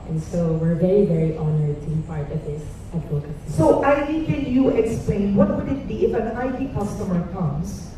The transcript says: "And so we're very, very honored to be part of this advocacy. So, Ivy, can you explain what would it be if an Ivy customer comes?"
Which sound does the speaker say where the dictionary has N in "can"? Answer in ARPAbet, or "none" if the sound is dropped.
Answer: L